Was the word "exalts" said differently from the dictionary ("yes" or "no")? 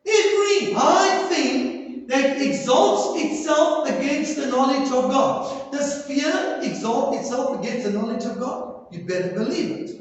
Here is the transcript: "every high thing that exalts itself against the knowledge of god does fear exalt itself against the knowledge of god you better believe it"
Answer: no